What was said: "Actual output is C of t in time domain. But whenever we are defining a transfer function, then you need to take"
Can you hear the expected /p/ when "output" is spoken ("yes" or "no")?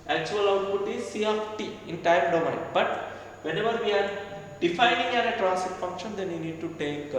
no